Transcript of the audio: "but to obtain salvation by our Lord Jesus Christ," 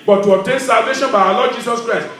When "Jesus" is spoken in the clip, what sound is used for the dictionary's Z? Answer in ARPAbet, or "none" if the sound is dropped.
S